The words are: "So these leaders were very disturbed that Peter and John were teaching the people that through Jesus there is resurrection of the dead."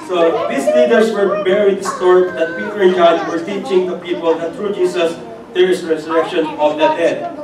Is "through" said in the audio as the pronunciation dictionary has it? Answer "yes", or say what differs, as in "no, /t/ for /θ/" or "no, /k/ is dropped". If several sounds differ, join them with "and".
no, /t/ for /θ/